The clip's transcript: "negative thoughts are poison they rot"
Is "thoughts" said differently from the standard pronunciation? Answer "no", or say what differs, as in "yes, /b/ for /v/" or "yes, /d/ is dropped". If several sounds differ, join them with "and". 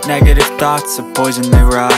no